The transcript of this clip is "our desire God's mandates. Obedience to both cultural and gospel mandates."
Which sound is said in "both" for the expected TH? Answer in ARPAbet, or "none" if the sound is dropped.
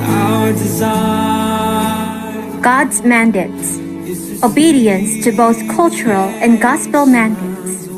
TH